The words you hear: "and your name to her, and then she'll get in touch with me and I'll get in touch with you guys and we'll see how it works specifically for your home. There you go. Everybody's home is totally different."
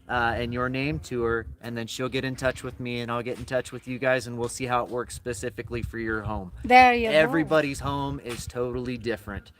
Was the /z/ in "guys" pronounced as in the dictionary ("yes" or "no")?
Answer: yes